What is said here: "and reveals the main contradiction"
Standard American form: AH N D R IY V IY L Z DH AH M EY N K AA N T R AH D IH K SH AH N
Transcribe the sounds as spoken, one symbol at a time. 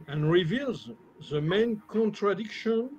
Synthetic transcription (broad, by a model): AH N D R IY V IY L Z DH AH M EY N K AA N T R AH D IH K SH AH N